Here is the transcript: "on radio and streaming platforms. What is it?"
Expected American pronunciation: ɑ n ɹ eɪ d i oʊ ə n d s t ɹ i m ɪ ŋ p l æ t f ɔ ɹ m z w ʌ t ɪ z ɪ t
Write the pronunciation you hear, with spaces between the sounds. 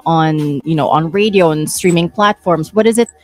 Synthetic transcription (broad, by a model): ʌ n ɹ eɪ d i oʊ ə n s t ɹ i m ɪ ŋ p l æ t f ɔ ɹ m z w ʌ t ɪ z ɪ t